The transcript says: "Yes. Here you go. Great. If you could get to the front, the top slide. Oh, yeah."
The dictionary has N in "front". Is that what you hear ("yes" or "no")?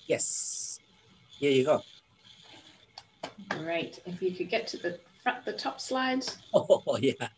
no